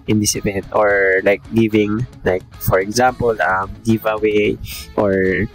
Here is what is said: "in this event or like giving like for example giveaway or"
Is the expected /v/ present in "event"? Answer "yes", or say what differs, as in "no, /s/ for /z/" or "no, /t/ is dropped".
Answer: no, /p/ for /v/